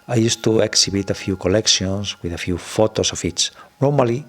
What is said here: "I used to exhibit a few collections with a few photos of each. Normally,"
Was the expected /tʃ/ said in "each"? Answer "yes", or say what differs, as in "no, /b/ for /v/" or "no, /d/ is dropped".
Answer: no, /s/ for /tʃ/